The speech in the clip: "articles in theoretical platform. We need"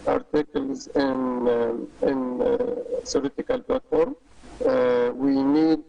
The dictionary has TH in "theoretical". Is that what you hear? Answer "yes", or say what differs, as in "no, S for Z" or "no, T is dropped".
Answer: no, S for TH